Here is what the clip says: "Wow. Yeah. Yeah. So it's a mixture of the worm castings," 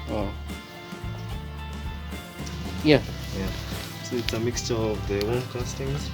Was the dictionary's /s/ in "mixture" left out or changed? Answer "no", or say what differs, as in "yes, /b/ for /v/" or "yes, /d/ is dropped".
no